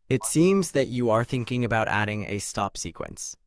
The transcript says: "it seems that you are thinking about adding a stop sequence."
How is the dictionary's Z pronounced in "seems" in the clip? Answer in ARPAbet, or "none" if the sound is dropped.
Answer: Z